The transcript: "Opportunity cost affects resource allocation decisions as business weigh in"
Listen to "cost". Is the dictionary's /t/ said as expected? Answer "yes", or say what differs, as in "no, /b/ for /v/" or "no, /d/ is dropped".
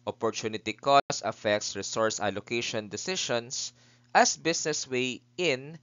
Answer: no, /t/ is dropped